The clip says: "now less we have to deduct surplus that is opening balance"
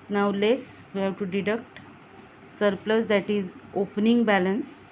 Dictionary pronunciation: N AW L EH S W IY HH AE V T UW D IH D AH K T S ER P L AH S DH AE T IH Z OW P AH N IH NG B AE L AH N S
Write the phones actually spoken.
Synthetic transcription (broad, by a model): N AW L EH S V IY HH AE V T UW D IH D AH K T S ER P L AH S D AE T IH Z OW P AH N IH NG B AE L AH N S